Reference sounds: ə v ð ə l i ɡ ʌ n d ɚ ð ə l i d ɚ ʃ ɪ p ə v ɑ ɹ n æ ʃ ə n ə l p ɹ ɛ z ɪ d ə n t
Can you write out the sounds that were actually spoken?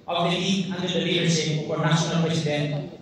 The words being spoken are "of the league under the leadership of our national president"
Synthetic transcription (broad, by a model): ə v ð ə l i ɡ ʌ n d ɚ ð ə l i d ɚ s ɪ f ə ɑ ɹ n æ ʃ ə n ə l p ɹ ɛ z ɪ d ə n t